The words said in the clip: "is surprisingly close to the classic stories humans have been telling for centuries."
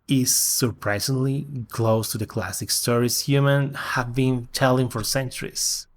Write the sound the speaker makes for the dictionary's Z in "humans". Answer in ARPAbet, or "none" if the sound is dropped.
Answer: none